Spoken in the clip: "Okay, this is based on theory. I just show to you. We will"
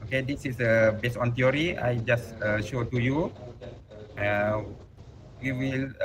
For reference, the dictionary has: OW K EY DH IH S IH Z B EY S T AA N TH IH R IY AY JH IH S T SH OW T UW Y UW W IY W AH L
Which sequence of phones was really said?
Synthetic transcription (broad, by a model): OW K EY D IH S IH S B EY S AA N T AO R IY AY JH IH S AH SH OW T UW Y UW W IY W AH L